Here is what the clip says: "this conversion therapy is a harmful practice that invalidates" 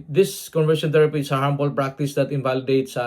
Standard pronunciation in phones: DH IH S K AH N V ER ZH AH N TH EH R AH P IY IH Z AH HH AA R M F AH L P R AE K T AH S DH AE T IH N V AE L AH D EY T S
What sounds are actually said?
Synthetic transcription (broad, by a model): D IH S K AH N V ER SH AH N T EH R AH P IY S AH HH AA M P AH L P R AE K T AH S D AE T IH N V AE L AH D EY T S